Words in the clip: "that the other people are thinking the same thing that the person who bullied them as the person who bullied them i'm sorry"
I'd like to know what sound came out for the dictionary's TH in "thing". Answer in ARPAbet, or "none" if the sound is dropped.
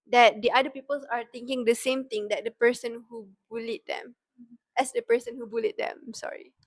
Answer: T